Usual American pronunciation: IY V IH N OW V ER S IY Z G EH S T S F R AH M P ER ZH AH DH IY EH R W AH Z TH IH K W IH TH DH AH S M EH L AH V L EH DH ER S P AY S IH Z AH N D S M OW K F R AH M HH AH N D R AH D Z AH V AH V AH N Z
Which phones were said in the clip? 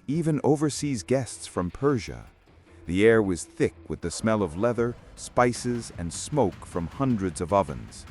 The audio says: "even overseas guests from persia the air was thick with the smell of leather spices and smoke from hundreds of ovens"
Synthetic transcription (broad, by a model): IY V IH N OW V ER S IY Z G EH S T S F R AH M P ER ZH AH DH IY EH R W AH Z TH IH K W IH DH AH S M EH L AH V L EH DH ER S P AY S IH Z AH N S M OW K F R AH M HH AH N D R AH D Z AH V AH V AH N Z